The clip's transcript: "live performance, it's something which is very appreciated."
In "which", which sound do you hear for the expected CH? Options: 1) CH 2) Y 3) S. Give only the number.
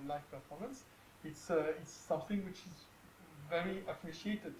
1